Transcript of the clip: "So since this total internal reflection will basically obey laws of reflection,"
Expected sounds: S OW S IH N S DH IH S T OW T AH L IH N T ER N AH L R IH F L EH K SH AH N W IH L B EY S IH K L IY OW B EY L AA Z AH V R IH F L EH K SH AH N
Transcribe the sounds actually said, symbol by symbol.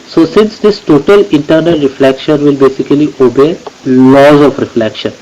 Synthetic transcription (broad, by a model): S OW S IH N S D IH S T OW T AH L IH N T ER N AH L R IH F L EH K SH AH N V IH L B EY S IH K L IY OW B EY L AA Z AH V R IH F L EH K SH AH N